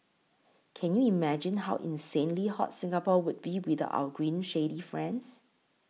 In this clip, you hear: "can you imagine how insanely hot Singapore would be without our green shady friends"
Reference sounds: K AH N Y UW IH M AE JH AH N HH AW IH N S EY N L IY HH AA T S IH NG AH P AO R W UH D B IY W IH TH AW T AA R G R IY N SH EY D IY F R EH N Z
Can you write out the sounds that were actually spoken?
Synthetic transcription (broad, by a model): K AH N Y UW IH M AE JH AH N HH AW IH N S EY N L IY HH AA T S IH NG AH P AO W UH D B IY W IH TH AW AH G R IY N SH EY D IY F R EH N S